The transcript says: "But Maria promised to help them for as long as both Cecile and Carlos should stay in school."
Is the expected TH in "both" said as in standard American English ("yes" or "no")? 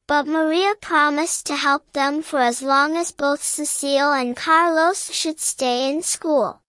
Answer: yes